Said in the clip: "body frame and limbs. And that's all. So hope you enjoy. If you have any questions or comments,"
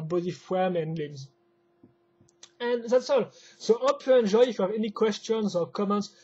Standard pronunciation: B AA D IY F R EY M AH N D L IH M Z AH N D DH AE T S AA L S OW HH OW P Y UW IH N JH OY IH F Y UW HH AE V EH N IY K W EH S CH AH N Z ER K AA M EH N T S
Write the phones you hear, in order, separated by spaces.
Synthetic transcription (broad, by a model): B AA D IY F W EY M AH N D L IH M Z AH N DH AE T S AA L S OW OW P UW IH N JH OY IH F Y UW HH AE V EH N IY K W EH S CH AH N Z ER K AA M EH N T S